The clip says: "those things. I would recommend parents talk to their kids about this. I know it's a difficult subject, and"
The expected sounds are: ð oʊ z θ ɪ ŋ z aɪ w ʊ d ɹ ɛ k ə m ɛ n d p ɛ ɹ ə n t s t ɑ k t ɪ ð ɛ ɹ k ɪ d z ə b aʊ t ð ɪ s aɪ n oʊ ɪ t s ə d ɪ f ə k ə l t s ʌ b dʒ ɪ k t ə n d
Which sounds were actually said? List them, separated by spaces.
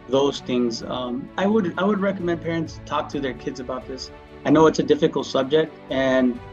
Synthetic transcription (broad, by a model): ð oʊ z θ ɪ ŋ z aɪ w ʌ d ɹ ɛ k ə m ɛ n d p ɛ ɹ ə n t s t ɑ k t ɪ ð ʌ ɹ k ɪ d z ə b aʊ t ð ɪ s aɪ n oʊ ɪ t s ə d ɪ f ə k l t s ʌ b dʒ ɪ k t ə n